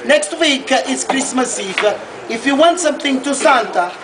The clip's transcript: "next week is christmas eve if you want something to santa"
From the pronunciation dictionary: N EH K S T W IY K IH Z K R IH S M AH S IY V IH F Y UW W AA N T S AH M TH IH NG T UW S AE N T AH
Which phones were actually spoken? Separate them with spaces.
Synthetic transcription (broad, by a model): N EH K S T W IY K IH S K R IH S M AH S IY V IH F Y UW W AA N T S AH M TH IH NG T UW S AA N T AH